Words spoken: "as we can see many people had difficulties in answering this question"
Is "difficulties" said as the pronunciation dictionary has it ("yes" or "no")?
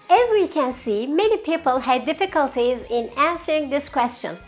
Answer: yes